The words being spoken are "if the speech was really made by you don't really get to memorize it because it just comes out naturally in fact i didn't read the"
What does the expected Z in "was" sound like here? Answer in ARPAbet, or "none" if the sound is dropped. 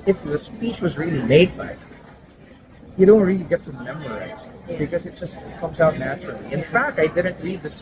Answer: Z